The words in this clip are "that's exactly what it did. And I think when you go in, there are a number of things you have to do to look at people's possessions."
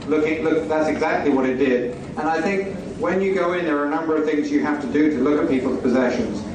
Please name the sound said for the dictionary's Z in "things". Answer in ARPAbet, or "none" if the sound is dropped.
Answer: Z